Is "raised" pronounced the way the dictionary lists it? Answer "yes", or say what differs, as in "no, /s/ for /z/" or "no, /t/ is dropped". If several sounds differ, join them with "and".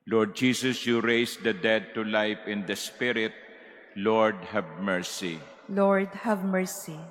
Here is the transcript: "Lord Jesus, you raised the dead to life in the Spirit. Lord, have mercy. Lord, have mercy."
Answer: no, /s/ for /z/